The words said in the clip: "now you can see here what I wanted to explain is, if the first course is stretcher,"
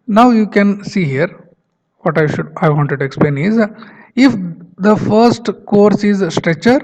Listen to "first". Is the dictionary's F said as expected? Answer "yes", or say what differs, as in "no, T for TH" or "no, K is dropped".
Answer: yes